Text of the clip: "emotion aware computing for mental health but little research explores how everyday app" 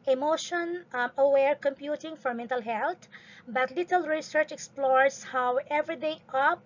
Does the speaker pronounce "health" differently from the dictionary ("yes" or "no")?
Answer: yes